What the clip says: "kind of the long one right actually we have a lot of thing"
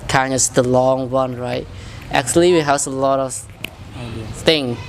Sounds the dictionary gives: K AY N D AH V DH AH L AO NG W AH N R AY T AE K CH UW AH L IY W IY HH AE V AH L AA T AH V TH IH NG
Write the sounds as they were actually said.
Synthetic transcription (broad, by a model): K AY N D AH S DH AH L AO NG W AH N R AY T AE K CH UW AH L IY W IY HH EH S AH L AA T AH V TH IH NG